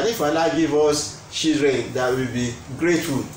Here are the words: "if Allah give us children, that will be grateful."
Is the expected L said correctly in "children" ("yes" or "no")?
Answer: no